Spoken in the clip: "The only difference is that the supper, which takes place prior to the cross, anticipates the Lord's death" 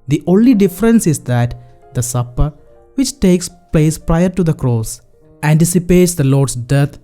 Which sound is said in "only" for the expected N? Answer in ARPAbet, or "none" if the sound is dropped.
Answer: N